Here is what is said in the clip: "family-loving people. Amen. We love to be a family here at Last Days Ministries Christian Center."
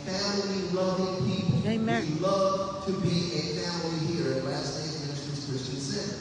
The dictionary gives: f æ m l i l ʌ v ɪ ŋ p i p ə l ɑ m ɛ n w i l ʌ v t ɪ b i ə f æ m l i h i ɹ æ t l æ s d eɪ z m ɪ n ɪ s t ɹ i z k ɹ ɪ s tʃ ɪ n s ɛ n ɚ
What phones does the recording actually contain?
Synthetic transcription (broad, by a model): f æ m l i l ʌ v ɪ ŋ p i p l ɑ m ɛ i l ʌ v t ɪ b i ə f æ m l i h i ɹ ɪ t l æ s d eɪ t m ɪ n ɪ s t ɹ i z k ɹ ɪ s tʃ ɪ n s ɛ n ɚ